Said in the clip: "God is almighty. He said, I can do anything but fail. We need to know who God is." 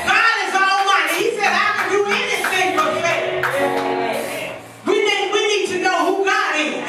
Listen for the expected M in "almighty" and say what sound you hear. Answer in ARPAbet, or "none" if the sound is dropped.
none